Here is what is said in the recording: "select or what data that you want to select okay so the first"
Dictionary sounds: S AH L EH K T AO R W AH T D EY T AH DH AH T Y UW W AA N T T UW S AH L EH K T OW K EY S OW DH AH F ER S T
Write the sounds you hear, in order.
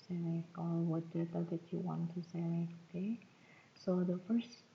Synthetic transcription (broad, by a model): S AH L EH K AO L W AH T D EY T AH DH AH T Y UW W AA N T T UW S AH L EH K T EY S OW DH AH F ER S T